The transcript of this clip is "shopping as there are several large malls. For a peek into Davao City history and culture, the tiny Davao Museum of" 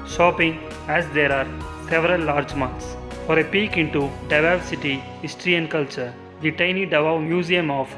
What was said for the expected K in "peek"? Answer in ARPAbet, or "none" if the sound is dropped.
K